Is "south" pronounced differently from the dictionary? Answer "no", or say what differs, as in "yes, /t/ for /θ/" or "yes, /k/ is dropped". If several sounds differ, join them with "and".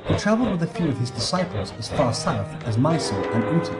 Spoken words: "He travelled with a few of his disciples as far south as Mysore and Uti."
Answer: no